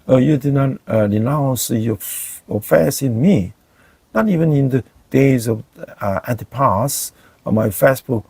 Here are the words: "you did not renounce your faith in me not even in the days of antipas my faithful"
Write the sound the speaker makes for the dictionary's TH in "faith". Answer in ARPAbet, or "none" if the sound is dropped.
S